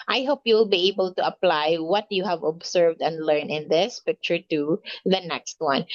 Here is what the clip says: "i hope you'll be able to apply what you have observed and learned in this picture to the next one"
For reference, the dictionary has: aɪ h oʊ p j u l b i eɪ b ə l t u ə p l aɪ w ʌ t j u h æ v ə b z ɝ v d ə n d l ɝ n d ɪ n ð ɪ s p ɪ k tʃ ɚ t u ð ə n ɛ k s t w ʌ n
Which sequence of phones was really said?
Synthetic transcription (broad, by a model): aɪ h oʊ p j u l b i eɪ b ə l t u ə p l aɪ w ʌ t j u h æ v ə b s ɝ v d ə n d l ɝ n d ɪ n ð ɪ s p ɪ k tʃ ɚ t u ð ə n ɛ k s t w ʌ n